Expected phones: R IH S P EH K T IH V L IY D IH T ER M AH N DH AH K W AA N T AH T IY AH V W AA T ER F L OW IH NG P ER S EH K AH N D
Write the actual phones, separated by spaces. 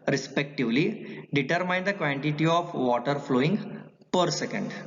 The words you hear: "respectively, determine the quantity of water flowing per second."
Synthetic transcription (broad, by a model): R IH S P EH K T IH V L IY D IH T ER M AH N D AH K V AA N T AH T IY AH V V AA T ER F L OW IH NG P ER S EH K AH N D